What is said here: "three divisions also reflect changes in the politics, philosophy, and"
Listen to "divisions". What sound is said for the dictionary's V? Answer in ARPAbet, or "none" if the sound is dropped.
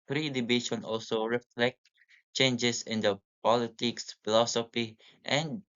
B